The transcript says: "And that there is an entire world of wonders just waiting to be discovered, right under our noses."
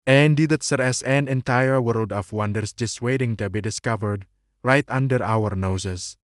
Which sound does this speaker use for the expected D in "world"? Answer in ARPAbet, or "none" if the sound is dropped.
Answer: D